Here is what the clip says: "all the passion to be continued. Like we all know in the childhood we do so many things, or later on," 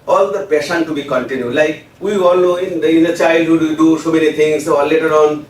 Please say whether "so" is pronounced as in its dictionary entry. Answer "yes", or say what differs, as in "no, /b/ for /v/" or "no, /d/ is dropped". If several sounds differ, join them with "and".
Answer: yes